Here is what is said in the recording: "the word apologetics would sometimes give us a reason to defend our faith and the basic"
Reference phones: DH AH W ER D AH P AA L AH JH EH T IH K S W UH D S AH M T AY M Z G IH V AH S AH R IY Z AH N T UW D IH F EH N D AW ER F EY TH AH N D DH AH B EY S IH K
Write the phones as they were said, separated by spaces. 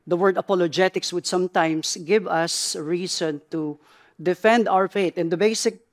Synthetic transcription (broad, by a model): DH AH W ER D AH P AA L AH JH EH T IH K S W UH D S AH M T AY M S G IH V AH S R IY S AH N T UW D IH F EH N D AW ER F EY T AH N D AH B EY S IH K